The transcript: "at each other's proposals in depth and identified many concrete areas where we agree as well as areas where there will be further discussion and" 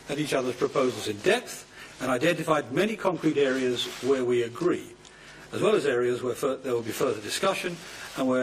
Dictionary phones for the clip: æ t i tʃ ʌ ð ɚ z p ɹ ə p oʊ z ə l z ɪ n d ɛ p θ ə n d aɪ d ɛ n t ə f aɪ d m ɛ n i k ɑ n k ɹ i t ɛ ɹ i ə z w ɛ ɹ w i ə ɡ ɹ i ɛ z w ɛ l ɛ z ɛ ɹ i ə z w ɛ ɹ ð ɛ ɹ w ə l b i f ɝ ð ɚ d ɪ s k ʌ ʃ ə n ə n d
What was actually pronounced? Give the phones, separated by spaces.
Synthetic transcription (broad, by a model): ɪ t i tʃ ʌ ð ɚ z p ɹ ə p oʊ z l z ɪ n d ɛ p θ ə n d aɪ d ɛ n t ə f aɪ d m ɛ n i k ɑ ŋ k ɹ i t ɛ ɹ i ə z w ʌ ɹ w i ə ɡ ɹ i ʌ z w ɛ l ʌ z ɛ ɹ i ə z w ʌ ɹ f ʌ ɹ w ə l b i f ɝ ð ɚ d ɪ s k ʌ ʃ ə n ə n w